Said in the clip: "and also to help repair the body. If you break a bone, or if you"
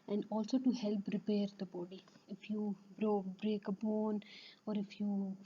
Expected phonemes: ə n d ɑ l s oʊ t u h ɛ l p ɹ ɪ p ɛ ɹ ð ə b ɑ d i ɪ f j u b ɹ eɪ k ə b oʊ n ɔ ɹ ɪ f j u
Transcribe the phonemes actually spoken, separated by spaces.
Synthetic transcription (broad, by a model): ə n d ɑ l s oʊ t u h ɛ l p ɹ ɪ p ɛ ɹ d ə b ɑ d i ɪ f j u b ɹ eɪ k ə b oʊ n ɔ ɹ ɪ f j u